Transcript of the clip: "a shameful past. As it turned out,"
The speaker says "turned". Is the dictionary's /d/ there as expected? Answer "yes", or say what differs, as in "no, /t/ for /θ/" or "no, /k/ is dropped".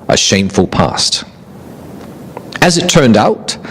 yes